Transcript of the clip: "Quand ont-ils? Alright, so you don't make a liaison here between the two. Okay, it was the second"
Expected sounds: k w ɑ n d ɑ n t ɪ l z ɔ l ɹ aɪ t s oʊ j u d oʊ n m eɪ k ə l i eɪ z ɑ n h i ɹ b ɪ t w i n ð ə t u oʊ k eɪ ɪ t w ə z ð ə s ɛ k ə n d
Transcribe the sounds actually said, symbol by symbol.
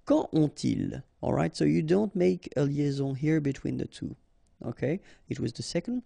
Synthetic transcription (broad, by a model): k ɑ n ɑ t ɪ l ɔ l ɹ aɪ t s oʊ j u d oʊ n m eɪ k ə l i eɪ z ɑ h i ɹ b ɪ t w i n ð ə t u oʊ k eɪ ɪ t w ə z ð ə s ɛ k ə n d